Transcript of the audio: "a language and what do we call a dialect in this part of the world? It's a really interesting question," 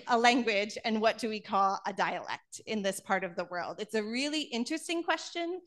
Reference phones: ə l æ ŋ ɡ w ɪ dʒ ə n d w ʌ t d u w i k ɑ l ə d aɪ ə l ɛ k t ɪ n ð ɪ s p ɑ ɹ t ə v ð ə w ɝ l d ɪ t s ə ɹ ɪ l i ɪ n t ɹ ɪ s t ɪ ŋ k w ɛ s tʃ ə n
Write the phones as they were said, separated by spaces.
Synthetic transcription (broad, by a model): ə l æ ŋ ɡ w ɪ dʒ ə n w ʌ t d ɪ w i k ɑ l ə d aɪ ə l ɛ k t ɪ n ð ɪ s p ɑ ɹ t ə v ð ə w ɝ l d ɪ t s ə ɹ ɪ l i ɪ n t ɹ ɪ s t ɪ ŋ k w ɛ s tʃ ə n